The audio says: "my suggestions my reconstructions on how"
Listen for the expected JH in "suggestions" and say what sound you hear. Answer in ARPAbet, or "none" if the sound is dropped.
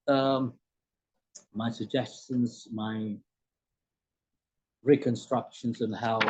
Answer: JH